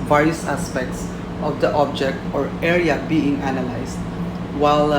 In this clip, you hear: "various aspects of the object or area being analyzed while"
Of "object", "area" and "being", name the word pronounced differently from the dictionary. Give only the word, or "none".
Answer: none